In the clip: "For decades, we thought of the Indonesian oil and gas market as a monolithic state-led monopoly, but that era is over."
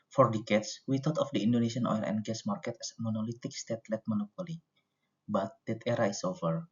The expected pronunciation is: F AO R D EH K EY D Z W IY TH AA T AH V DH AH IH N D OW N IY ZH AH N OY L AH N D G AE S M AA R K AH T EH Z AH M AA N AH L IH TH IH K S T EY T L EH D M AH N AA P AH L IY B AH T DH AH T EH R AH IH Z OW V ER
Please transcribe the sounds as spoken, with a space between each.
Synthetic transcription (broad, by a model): F AO R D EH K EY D S W IY T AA T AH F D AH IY N D OW N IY S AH N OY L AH N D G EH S M AA R K AH T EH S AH M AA N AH L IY T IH K S T EY T L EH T M AH N AA P AH L IY B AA T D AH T EH R AH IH S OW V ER